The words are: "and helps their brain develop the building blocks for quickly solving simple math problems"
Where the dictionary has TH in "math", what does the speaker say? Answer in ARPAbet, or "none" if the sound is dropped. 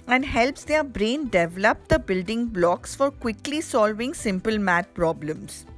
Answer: T